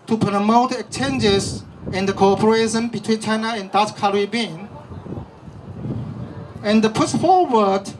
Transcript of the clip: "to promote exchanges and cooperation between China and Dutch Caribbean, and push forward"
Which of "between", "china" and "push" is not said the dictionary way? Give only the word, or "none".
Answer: push